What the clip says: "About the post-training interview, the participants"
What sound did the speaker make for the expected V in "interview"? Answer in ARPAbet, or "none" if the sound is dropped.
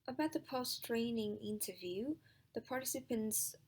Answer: V